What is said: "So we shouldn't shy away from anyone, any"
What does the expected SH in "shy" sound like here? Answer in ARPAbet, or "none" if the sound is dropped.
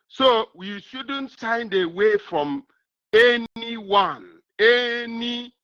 S